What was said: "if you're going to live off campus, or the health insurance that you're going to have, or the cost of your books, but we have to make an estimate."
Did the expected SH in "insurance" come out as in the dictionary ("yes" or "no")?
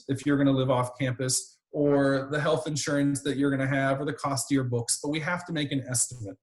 yes